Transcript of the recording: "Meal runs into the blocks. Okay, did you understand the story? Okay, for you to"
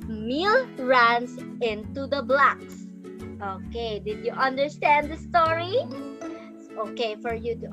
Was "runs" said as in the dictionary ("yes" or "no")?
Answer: no